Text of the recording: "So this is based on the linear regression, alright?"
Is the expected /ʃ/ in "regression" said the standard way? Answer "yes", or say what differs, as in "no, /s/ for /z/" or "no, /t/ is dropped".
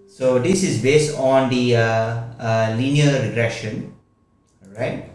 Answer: yes